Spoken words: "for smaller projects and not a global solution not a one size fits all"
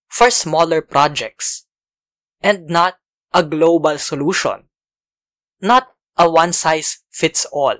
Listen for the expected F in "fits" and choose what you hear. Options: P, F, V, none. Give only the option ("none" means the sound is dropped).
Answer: F